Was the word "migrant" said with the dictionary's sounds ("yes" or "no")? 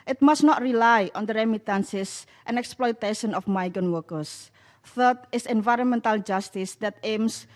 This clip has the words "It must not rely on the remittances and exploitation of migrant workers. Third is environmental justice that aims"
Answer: no